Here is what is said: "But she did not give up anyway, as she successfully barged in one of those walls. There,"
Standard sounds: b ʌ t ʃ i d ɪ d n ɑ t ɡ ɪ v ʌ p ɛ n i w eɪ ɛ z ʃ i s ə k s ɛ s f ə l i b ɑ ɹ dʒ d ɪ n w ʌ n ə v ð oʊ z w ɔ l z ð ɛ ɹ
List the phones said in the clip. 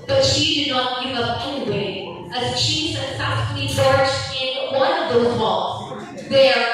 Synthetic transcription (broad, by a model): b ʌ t ʃ i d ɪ n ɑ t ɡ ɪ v ʌ p ɛ n i w eɪ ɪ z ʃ i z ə s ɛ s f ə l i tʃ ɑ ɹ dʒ ɪ n w ʌ n ə v ð oʊ z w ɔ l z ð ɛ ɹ